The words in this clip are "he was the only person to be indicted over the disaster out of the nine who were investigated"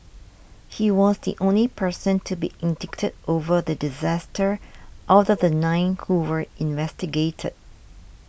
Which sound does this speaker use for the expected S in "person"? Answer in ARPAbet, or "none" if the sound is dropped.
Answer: S